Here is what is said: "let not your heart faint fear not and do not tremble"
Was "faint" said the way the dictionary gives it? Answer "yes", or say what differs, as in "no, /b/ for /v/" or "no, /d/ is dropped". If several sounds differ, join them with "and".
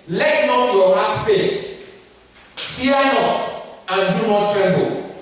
no, /n/ is dropped